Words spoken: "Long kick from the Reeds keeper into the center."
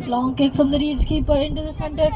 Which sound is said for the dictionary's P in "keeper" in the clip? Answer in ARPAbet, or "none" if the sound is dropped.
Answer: P